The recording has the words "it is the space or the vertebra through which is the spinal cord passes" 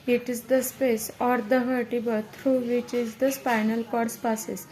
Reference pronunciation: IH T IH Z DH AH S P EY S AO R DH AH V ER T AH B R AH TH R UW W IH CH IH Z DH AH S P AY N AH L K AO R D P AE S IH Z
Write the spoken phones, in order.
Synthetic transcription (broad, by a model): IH T IH Z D AH S P EY S AO R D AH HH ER T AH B AH T R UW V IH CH IH Z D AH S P AY N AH L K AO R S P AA S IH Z